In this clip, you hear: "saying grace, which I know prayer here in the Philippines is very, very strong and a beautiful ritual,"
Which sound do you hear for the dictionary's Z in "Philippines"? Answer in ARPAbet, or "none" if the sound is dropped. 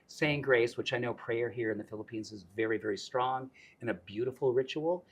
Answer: Z